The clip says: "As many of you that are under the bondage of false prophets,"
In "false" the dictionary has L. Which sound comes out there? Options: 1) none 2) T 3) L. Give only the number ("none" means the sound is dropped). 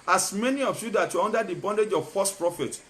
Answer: 1